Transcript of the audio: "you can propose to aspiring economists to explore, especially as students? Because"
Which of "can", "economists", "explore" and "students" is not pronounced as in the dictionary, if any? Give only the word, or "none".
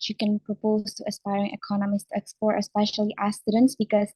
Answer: explore